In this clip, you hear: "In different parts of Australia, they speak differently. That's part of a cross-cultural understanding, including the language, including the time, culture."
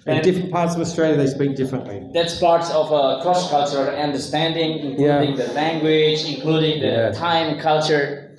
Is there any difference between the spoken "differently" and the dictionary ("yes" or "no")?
no